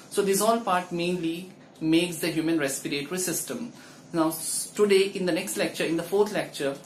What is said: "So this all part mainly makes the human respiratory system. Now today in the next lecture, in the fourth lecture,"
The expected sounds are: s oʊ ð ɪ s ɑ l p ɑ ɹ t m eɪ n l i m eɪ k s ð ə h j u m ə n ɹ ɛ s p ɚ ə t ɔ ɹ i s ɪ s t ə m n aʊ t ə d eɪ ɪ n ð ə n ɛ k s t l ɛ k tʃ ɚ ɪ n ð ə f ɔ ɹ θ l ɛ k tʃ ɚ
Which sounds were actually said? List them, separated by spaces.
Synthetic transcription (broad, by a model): s oʊ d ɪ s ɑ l p ɑ ɹ t m eɪ n l i m eɪ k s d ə h j u m ə n ɹ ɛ s p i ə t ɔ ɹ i s ɪ s t ə m n aʊ t ə d eɪ ɪ n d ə n ɛ k s t l ɛ k tʃ ɚ ɪ n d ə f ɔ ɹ t l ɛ k tʃ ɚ